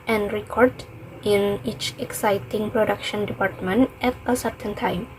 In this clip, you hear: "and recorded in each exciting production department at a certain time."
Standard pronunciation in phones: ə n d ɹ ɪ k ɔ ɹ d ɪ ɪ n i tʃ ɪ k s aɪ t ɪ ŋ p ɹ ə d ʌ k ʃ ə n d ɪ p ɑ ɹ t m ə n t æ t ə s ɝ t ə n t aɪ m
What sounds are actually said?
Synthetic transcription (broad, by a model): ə n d ɹ ɪ k ɔ ɹ d ɪ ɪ n i tʃ ɪ k s aɪ t ɪ ŋ p ɹ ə d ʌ k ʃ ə n d ɪ p ɑ ɹ t m ə n t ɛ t ə s ɝ t ə n t aɪ m